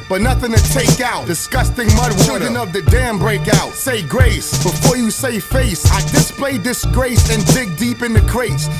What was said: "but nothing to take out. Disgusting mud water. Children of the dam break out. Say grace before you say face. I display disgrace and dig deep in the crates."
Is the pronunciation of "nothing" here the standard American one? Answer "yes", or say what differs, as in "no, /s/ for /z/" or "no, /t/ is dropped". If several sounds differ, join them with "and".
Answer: yes